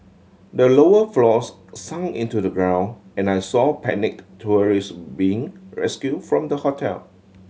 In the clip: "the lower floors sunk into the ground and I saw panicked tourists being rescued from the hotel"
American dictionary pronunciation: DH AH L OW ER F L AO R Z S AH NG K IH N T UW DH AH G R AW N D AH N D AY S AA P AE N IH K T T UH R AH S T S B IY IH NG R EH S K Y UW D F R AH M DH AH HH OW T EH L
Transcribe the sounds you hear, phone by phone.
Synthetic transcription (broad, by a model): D AH L OW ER F L AO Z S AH NG IH N T UW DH AH G R AW N AH N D AY S AA P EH N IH K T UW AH R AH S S B IY IH NG R EH S K Y UW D F R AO M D AH HH OW T EH L